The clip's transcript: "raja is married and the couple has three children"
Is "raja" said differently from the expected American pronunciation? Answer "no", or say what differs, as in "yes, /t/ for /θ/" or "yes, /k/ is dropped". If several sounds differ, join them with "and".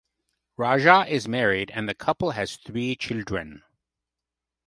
yes, /ʒ/ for /dʒ/